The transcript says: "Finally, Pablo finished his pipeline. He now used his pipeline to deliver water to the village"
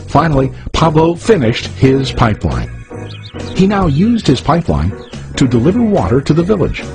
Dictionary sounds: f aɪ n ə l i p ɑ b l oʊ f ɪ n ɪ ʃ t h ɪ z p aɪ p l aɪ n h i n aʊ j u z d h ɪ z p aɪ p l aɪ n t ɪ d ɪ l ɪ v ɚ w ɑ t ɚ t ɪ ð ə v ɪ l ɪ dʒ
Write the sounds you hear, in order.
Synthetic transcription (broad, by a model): f aɪ n l i p ɑ b l oʊ f ɪ n ɪ ʃ t h ɪ z p aɪ p l aɪ n h i n aʊ j u z d h ɪ z p aɪ p l aɪ n t ɪ d ɪ l ɪ v ɚ w ɑ t ɚ t ɪ ð ə v ɪ l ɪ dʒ